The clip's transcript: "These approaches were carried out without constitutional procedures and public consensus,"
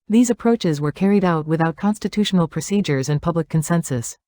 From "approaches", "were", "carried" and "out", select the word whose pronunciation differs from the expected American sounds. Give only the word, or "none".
none